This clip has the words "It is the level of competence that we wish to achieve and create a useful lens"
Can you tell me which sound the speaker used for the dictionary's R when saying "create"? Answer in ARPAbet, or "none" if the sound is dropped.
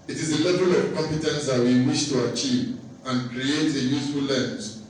R